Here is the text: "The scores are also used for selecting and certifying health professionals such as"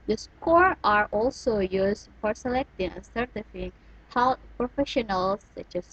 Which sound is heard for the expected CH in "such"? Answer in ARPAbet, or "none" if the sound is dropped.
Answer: CH